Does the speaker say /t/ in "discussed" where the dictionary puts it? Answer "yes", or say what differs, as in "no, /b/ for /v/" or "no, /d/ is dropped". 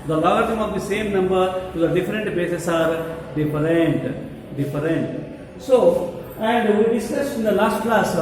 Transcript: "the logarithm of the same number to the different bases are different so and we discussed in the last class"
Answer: no, /t/ is dropped